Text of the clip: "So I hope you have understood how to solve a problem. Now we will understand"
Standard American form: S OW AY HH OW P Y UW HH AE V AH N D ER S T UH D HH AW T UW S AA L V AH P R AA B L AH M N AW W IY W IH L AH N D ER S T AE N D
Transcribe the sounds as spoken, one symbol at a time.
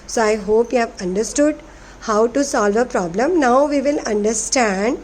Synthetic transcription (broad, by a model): S OW AY HH OW P Y UW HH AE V AH N D ER S T UH D HH AW T UW S AA L V AH P R AA B L AH M N AW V IY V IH L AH N D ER S T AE N D